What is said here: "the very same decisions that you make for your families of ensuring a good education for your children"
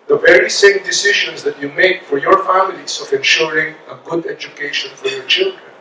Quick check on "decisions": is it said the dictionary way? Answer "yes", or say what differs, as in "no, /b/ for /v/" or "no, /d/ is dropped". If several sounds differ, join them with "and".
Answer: no, /ʃ/ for /ʒ/